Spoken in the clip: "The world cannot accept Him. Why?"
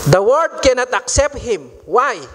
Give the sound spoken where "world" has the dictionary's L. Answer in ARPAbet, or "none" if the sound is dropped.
none